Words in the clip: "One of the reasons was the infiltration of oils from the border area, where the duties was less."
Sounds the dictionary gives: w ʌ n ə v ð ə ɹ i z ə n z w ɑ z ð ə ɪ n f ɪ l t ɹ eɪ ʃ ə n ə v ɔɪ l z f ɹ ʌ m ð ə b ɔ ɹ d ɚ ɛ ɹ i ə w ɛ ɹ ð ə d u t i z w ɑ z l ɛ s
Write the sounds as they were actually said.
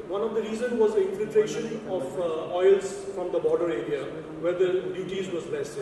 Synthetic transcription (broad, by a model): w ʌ n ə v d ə ɹ i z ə n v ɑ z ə ɪ n f ɪ l t ɹ eɪ ʃ ə n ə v ɔɪ l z f ɹ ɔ m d ə b ɔ ɹ d ɚ ɛ ɹ i ə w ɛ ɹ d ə d u t i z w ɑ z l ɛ s